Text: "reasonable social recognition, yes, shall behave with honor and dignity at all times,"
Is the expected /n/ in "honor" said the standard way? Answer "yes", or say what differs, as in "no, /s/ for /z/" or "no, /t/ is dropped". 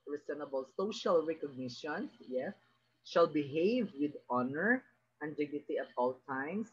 yes